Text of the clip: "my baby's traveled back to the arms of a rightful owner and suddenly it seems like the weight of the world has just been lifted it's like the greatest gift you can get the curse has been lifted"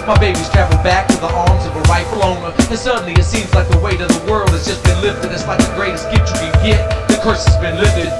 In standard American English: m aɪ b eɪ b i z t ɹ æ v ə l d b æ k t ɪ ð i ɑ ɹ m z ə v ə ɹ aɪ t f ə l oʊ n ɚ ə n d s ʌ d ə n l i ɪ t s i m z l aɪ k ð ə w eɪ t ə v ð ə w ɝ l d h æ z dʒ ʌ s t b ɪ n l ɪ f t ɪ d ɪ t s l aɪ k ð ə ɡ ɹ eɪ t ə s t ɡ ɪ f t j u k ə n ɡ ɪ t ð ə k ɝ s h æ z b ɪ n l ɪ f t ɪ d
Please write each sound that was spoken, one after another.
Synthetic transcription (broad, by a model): m aɪ b eɪ b i z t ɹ æ v l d b æ k t ɪ ð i ɑ ɹ m z ə v ə ɹ aɪ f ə l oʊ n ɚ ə n s ʌ d n l i ɪ t s i m z l aɪ k ð ə w eɪ t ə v ð ə w ɝ l d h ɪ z dʒ ʌ s b ɪ n l ɪ f t ɪ d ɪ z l aɪ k ð ə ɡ ɹ eɪ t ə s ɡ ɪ t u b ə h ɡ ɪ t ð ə k ɝ s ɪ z b ɪ n l ɪ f t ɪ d